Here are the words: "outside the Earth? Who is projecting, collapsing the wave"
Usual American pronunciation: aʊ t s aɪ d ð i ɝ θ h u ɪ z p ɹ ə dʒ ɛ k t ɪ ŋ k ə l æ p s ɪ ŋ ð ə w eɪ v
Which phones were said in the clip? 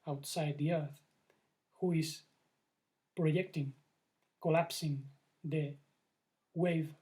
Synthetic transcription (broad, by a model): aʊ t s aɪ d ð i ɝ θ h u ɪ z p ɹ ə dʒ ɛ k t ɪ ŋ k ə l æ p s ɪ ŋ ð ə w eɪ v